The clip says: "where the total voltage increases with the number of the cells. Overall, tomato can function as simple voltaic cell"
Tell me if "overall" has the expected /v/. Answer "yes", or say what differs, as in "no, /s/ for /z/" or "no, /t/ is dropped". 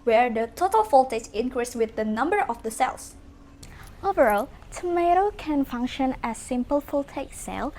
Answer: yes